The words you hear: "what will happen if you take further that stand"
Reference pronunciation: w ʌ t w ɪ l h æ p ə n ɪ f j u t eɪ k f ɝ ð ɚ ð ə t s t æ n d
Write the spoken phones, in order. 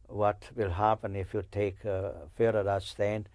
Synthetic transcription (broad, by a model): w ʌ t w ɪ l h æ p ə n ɪ f j u t eɪ k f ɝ ɚ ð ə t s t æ n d